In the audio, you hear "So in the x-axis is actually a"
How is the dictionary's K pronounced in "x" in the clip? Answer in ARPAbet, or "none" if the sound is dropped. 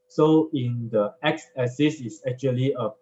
K